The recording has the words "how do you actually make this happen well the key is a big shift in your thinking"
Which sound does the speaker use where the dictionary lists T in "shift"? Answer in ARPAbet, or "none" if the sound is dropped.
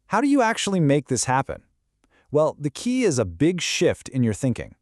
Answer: T